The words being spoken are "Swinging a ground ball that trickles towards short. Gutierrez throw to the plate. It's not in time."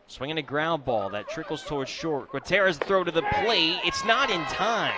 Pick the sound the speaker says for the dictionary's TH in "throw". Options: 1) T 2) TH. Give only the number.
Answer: 2